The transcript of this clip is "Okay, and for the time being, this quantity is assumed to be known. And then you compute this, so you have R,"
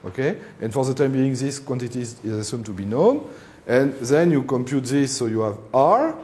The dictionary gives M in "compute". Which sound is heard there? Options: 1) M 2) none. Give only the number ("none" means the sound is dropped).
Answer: 1